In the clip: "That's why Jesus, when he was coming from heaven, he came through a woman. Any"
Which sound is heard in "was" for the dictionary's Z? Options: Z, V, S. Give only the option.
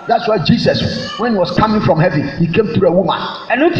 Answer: S